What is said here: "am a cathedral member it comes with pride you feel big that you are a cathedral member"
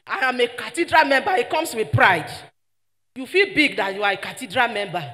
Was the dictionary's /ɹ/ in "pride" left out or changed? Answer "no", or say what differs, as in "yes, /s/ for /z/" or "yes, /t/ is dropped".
no